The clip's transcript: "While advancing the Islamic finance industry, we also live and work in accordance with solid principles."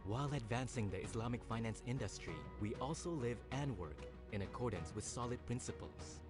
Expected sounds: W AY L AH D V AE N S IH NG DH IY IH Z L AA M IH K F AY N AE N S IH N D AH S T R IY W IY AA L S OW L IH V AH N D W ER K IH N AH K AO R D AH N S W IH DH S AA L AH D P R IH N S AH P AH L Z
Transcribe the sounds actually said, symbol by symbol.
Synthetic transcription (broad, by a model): W AY L AH D V AE N S IH NG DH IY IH S L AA M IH K F AY N AE N S IH N D AH S T R IY W IY AA L S OW L IH V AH N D W ER K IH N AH K AO R D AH N S W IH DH S AA L AH D P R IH N S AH P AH L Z